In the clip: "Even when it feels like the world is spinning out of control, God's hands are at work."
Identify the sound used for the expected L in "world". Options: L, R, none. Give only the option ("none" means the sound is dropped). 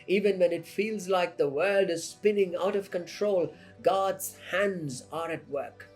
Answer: L